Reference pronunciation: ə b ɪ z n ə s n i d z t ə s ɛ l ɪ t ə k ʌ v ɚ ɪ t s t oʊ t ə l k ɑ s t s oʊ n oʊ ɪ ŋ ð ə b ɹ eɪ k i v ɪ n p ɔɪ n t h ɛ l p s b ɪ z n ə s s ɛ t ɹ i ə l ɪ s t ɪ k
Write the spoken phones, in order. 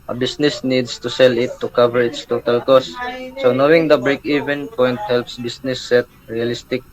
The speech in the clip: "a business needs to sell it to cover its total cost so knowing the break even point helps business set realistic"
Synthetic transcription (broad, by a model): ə b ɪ s n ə s n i d s t ə s ɛ l ɪ t ə k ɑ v ɚ ɪ t s t oʊ t ə l k ɑ s t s oʊ n oʊ ɪ ŋ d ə b ɹ eɪ k i v ɪ n p ɔɪ n t h ɛ l p s b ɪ s n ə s s ɛ t ɹ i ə l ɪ s t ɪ k